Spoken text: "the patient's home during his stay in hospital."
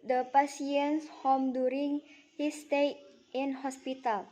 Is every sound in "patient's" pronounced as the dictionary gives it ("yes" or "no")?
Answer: no